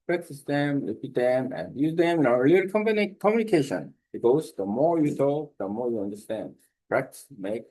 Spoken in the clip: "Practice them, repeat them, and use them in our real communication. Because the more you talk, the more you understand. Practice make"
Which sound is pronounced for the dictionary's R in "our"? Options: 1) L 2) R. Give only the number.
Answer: 1